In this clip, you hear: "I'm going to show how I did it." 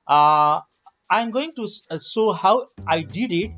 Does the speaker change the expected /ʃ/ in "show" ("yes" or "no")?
yes